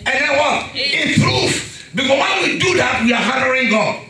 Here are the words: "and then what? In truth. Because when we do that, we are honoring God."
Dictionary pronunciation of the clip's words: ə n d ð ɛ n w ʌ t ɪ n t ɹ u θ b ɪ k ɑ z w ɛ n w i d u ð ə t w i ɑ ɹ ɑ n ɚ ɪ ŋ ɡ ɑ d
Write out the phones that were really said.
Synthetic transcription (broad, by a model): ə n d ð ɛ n w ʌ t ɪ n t ɹ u f b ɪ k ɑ s w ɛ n w i d u ð ə t w i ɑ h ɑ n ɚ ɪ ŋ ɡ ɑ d